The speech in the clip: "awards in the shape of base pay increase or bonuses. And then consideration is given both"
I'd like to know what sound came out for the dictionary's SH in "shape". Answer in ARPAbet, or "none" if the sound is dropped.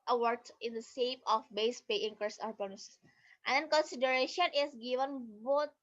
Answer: S